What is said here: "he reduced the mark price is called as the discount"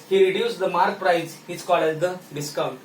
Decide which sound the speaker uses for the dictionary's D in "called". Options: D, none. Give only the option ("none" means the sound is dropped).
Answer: none